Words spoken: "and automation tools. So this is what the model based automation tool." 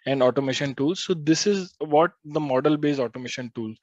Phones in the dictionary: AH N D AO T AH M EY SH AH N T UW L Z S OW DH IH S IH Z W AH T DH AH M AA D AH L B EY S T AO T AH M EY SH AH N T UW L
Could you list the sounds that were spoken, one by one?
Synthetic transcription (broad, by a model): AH N D AO T AH M EY SH AH N T UW L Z S OW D IH S IH Z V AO T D AH M AA D AH L B EY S AO T AH M EY SH AH N T UW L